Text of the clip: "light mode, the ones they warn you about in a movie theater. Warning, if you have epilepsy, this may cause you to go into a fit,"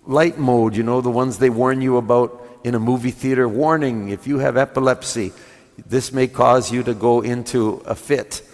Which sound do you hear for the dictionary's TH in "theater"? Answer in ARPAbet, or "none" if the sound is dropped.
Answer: TH